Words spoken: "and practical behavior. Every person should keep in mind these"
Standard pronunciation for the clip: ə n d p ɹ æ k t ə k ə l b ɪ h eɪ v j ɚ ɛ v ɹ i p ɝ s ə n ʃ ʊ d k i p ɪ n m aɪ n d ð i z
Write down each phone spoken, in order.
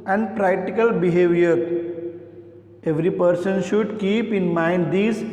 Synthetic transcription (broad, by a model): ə n d p ɹ æ k t ə k ə l b ɪ h eɪ v j ɚ ɛ v ɹ i p ɝ s ə n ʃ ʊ d k i p ɪ n m aɪ n d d i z